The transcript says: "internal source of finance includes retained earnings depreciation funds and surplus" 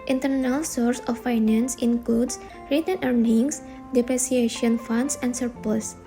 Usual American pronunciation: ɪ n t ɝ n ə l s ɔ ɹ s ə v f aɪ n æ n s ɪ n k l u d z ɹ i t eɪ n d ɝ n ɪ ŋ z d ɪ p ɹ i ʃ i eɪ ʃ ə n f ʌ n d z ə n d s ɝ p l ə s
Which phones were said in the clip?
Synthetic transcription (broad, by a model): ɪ n t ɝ n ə l s ɔ ɹ s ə f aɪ n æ n s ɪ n k l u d s ɹ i t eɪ n ɝ n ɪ ŋ s d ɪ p ɹ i s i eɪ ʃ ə n f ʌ n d s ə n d s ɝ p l s